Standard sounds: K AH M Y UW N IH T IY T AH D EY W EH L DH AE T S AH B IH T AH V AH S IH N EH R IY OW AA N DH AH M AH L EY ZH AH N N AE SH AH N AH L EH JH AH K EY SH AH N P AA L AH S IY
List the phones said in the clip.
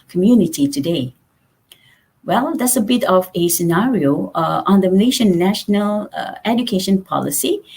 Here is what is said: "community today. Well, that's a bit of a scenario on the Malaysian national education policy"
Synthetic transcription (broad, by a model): K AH M Y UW N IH T IY T AH D EY W EH L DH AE T S AH B IH T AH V AH S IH N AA R IY OW AA N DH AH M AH L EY SH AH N N AE SH AH N AH L EH JH AH K EY SH AH N P AA L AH S IY